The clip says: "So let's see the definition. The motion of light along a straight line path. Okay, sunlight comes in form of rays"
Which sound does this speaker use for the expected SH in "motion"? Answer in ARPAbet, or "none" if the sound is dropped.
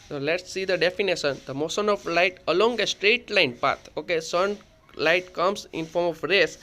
S